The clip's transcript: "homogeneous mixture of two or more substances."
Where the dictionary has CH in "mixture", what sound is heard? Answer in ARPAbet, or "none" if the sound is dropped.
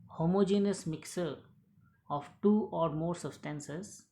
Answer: none